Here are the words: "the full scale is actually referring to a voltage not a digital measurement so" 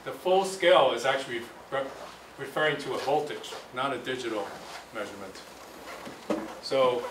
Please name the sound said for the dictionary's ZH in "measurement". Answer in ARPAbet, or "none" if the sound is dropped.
ZH